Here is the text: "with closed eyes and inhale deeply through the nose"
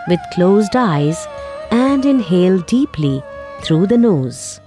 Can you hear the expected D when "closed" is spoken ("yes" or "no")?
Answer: yes